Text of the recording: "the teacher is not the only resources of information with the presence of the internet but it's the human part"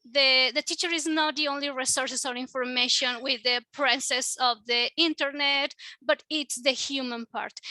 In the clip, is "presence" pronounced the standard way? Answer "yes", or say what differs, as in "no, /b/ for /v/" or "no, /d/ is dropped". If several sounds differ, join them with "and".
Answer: no, /s/ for /z/ and /n/ is dropped